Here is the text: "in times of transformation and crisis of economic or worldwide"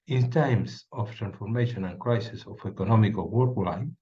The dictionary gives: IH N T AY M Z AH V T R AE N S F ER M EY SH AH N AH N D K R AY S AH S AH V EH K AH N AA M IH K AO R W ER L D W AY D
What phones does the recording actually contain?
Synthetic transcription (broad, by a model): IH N T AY M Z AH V T R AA N S F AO M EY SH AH N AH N K R AY S AH S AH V EH K AH N AA M IH K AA L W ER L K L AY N